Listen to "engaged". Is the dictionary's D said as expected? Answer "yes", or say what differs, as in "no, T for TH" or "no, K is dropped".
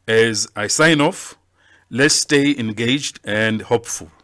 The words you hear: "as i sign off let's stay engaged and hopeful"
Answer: yes